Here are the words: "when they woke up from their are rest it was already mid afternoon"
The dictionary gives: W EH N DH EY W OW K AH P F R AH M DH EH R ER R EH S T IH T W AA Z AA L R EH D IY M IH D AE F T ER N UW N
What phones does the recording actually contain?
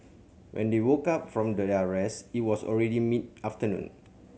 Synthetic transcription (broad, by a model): W EH N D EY W OW K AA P F R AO M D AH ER R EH S IH T W AA S AA L R EH D IY M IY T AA F T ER N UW N